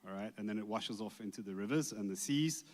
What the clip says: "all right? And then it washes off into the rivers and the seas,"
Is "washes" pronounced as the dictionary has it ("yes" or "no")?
yes